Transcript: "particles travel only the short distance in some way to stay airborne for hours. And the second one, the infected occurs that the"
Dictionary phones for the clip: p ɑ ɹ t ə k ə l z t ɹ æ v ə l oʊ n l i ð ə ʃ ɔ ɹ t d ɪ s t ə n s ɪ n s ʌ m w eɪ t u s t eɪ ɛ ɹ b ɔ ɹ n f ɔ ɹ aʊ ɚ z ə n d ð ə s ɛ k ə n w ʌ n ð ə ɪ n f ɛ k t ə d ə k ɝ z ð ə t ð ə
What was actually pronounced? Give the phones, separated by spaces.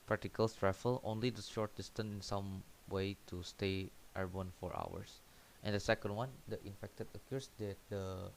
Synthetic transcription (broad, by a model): p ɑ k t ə k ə l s t ɹ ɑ f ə l oʊ n l i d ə ʃ ɔ ɹ t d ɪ s t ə n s ɪ n s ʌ m w eɪ t u s t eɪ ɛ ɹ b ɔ n f ɔ ɹ aʊ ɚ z ə n d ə s ɛ k ə n w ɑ n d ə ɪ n f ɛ k t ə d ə k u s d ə t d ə